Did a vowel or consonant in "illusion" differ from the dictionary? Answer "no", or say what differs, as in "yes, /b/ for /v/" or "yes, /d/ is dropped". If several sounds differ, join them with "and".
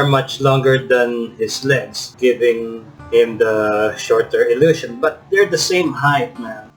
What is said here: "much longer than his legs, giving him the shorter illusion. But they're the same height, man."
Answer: yes, /ʃ/ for /ʒ/